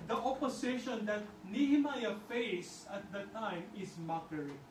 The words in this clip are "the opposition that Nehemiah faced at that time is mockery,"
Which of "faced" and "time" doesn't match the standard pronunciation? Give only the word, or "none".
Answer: faced